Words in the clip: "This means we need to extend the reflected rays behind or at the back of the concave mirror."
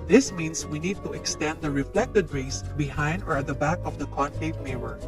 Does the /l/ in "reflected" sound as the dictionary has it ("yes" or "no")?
yes